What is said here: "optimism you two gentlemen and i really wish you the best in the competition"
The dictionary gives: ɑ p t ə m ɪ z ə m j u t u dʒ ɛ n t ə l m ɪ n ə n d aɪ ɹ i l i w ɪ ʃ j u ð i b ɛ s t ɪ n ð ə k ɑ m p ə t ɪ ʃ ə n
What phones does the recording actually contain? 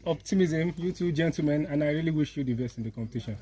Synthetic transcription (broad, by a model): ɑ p t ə m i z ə m j u t u dʒ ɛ n t l m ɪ n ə n aɪ ɹ i l i w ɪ ʃ j u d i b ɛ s ɪ n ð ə k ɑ m p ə t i ʃ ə n